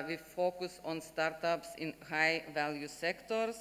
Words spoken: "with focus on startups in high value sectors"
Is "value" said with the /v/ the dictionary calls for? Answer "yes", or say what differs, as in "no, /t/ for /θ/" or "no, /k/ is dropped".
yes